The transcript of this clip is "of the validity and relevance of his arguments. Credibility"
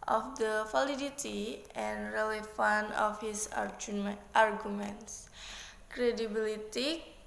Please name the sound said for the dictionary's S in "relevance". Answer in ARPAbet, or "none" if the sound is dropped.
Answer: none